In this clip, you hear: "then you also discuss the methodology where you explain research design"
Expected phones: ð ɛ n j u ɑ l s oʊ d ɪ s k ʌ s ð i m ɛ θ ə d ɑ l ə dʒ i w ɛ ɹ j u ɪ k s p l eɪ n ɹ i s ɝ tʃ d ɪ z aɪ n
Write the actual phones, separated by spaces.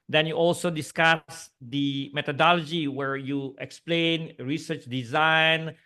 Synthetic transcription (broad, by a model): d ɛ n j u ɑ l s oʊ d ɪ s k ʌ s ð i m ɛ t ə d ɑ l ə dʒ i w ɛ ɹ j u ɪ k s p l eɪ n ɹ i s ɝ tʃ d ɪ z aɪ n